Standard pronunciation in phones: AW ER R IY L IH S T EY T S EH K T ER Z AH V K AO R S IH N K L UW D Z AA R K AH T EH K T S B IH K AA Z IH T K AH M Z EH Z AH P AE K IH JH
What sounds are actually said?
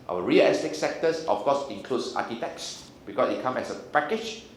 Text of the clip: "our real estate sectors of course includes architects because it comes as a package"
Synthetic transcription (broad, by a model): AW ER R IY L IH S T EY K S EH K T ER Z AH F K AO S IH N K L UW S AA K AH T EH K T S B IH K AA S IH T K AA M EH S AH P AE K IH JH